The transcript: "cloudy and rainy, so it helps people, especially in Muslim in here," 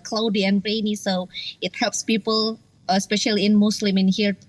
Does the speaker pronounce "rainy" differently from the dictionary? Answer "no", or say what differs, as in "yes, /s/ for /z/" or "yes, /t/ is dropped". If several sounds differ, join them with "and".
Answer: no